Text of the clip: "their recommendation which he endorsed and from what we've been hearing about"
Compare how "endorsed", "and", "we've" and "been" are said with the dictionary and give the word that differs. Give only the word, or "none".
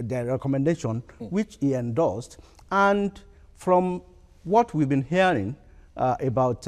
endorsed